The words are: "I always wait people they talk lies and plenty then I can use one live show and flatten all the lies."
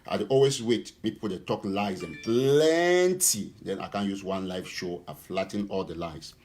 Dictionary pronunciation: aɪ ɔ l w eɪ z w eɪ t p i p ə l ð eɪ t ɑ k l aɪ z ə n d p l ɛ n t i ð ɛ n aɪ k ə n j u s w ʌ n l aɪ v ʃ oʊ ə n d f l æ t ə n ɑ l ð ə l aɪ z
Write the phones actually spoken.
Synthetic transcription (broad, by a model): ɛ ɔ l w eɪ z w eɪ t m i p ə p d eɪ t ɑ k l aɪ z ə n p l ɛ n t i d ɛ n aɪ k ə n j u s w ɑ n l aɪ f ʃ oʊ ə f l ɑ t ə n ɑ l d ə l aɪ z